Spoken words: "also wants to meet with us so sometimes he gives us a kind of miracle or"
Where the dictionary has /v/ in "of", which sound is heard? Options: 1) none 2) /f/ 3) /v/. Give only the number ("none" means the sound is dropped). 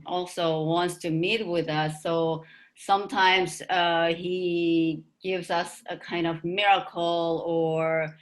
3